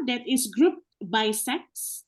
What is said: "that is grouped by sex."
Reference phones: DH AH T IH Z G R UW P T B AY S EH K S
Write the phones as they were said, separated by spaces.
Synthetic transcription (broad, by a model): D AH T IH S G R UW P T B AY S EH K S